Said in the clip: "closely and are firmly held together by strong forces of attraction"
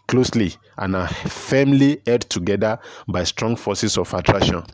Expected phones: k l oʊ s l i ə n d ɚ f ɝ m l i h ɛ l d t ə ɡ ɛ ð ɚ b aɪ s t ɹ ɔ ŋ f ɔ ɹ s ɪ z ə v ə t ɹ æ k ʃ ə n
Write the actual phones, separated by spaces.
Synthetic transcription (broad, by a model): k l oʊ s l i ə n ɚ f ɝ m l i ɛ d t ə ɡ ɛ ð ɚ b aɪ s t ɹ ɔ ŋ f ɔ s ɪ s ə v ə t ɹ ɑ k ʃ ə n